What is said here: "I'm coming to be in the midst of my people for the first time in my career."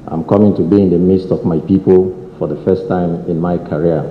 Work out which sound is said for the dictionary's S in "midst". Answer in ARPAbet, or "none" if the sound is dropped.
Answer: S